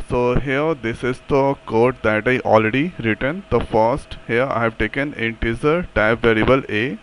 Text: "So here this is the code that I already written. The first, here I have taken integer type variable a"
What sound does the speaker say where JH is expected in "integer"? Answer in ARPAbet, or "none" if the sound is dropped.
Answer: Z